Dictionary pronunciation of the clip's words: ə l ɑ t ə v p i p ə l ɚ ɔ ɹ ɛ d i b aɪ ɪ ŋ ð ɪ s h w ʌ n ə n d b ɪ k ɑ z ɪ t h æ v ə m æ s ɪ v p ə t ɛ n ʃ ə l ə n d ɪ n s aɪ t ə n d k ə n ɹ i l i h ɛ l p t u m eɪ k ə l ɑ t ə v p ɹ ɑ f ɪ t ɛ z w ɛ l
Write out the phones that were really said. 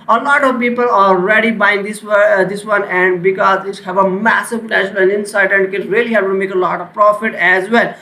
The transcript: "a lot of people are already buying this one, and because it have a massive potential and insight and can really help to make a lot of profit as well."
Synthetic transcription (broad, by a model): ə l ɑ t ə v p i p ə l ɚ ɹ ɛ d i b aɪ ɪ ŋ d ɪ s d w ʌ n ə n d b ɪ k ɑ z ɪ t h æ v ə m æ s ɪ v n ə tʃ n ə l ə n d ɪ n s aɪ t ə n d k ə n ɹ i l i h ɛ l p t u m eɪ k ə l ɑ t ə v p ɹ ɑ f ɪ t ɛ z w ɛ l